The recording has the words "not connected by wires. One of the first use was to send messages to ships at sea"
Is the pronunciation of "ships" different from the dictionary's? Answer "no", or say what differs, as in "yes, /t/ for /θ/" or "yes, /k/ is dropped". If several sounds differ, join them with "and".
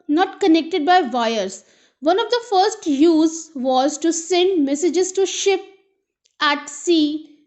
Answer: yes, /s/ is dropped